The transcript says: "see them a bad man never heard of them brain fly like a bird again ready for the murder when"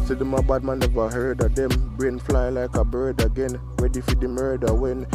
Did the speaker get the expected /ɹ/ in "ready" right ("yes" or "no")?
no